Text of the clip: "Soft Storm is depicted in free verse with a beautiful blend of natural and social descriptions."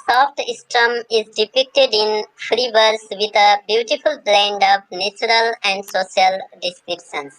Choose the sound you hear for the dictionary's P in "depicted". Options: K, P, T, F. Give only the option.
P